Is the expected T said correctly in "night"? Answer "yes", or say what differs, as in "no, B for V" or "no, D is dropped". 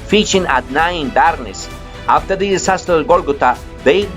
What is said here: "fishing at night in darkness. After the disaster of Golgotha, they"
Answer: no, T is dropped